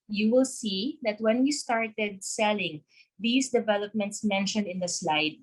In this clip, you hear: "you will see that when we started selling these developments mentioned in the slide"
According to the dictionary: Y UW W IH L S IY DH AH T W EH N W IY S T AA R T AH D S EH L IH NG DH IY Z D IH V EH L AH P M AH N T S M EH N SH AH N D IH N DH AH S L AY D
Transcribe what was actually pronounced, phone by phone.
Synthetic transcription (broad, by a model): Y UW W IH L S IY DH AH T W EH N W IY S T AA R T AH D S EH L IH NG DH IY S D IH V EH L AH P M AH N T S M EH N SH AH N D IH N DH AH S L AY D